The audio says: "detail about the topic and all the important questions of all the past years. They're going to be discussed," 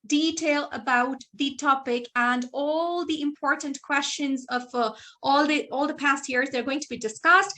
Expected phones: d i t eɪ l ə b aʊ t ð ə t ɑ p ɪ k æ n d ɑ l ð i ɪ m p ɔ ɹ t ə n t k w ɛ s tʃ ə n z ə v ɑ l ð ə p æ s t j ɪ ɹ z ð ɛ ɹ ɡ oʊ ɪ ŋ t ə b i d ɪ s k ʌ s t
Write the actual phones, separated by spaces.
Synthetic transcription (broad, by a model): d i t eɪ l ə b aʊ t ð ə t ɑ p ɪ k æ n d ɑ l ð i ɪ m p ɔ ɹ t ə n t k w ɛ s tʃ ə n z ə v ɑ l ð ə p æ s t j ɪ ɹ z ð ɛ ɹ ɡ oʊ ɪ ŋ t ə b i d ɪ s k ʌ s t